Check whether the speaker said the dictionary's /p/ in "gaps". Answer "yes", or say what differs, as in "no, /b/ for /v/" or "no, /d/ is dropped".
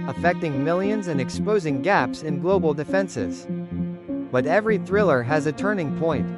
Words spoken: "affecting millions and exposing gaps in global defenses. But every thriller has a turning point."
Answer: yes